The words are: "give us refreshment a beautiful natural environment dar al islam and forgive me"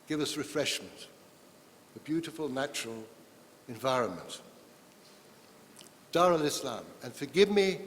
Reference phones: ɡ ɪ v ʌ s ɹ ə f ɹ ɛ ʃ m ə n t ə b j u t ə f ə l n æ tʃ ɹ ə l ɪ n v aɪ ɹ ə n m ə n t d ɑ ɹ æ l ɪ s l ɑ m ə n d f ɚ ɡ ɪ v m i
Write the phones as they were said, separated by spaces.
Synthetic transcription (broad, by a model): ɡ ɪ v ʌ s ɹ ə f ɹ ɛ ʃ m ə n t ə b j u t ə f ə l n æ tʃ ɹ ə l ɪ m v aɪ ɹ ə n m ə n t d ɑ ɹ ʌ l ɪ s l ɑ m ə n f ɚ ɡ ɪ v m i